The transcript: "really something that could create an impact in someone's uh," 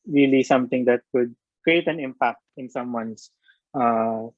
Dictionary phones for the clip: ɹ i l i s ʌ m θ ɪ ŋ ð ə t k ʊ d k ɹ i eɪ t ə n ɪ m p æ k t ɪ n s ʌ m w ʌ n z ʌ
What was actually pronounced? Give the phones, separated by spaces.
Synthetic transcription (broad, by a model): ɹ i l i s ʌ m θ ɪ ŋ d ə t k ʊ d k ɹ i eɪ t ə n ɪ m p æ k t ɪ n s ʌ m w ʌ n s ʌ